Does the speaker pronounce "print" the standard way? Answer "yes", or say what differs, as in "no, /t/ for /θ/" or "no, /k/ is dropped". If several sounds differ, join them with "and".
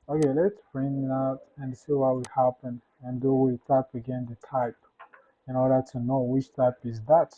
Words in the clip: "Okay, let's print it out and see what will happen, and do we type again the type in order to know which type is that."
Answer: no, /f/ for /p/ and /t/ is dropped